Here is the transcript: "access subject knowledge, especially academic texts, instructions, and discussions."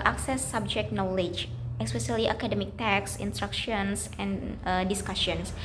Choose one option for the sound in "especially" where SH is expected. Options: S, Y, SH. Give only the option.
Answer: S